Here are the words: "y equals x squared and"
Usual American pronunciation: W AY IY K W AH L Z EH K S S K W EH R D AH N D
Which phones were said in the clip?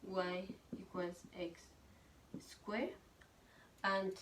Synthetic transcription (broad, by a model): W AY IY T W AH Z EH K S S K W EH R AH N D